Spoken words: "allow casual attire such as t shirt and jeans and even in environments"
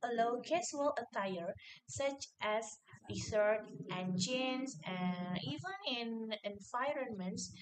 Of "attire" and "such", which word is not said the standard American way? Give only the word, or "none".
none